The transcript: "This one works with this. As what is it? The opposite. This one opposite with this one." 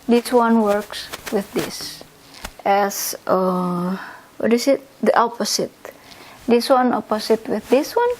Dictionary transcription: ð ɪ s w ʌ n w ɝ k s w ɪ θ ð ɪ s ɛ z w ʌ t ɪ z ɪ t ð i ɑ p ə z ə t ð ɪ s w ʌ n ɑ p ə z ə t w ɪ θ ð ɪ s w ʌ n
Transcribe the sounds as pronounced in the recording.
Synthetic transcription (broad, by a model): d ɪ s w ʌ n w ɝ k s w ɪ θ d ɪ s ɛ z w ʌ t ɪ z ɪ t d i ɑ p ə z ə t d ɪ s w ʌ n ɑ p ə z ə t w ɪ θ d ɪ s w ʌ n